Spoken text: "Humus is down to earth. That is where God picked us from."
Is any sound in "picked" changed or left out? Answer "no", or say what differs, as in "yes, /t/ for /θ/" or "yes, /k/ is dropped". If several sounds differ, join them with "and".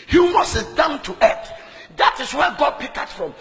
yes, /t/ is dropped